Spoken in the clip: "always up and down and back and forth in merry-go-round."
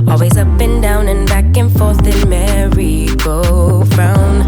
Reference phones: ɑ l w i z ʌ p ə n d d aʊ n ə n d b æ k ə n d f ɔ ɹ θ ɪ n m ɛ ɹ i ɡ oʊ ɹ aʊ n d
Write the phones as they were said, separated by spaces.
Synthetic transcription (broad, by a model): ɑ l w i z ʌ p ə n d d aʊ n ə n b æ k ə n f ɔ ɹ θ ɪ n m ɛ ɹ i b oʊ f aʊ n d